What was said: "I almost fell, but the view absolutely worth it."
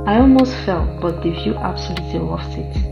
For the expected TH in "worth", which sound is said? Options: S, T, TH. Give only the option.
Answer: S